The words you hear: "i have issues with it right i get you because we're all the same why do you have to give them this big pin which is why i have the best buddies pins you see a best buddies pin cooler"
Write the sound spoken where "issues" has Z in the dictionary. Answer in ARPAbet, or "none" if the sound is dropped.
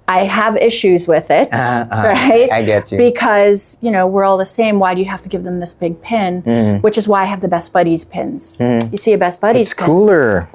Z